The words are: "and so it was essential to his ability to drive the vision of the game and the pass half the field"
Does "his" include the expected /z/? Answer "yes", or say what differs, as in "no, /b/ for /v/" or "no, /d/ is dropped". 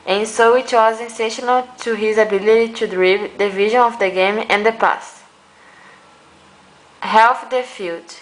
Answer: yes